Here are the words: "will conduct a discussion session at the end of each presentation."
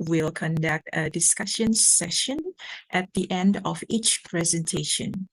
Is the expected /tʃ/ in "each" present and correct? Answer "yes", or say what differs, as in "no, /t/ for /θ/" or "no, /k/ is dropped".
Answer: yes